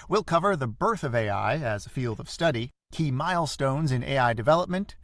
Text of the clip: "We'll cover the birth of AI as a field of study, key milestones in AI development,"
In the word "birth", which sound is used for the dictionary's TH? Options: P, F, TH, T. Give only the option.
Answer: TH